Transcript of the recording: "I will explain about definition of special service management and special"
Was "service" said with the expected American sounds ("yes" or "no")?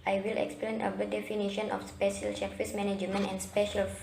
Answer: no